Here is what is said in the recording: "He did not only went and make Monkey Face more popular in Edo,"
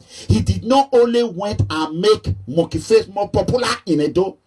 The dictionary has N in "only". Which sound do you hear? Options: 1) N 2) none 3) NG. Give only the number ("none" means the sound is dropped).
1